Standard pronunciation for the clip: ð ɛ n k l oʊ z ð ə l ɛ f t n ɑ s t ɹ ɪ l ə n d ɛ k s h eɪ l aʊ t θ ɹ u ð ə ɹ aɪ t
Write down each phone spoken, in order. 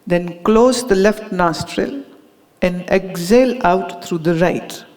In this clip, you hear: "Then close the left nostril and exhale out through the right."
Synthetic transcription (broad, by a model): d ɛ n k l oʊ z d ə l ɛ f t n ɑ s t ɹ ɪ l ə n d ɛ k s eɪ l aʊ t t ɹ u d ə ɹ aɪ t